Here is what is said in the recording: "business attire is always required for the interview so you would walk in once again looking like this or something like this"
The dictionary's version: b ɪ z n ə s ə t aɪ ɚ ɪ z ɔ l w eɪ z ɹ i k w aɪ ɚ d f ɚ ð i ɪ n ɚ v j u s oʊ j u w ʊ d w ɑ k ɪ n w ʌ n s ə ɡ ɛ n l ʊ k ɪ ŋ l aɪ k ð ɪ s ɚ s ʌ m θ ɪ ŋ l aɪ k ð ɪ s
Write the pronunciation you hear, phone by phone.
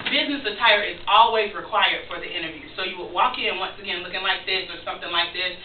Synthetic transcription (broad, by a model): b ɪ z n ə s ə t aɪ ɚ ɪ z ɔ l w eɪ z ɹ i k w aɪ ɚ d f ɚ ð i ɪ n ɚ v j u s oʊ j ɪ w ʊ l w ɑ k ɪ n w ʌ n s ə ɡ ɛ n l ʊ k ɪ ŋ l aɪ k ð ɪ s ɚ s ʌ m θ ɪ ŋ l aɪ k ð ɪ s